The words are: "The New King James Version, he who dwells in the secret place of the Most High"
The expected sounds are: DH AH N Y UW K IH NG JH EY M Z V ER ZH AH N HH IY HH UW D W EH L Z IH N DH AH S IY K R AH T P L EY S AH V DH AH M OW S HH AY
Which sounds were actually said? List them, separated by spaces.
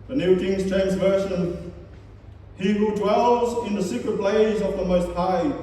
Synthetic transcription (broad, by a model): DH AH N Y UW K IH NG CH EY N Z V ER SH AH N HH IY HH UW D W EH L Z IH N DH AH S IY K R AH T B L EY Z AH V DH AH M OW S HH AY